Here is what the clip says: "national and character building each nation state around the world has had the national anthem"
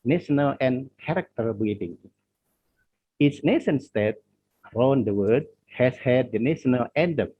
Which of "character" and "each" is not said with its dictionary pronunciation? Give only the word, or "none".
each